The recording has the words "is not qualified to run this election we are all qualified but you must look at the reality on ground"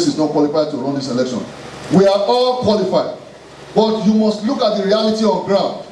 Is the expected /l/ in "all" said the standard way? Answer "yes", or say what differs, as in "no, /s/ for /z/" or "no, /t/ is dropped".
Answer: yes